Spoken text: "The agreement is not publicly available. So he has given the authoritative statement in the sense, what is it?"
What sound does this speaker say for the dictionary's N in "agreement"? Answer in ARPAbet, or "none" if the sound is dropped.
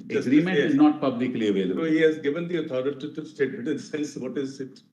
none